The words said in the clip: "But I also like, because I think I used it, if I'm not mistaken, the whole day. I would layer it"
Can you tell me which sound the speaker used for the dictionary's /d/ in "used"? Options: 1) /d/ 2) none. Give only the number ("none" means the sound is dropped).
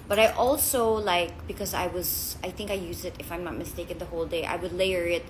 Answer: 2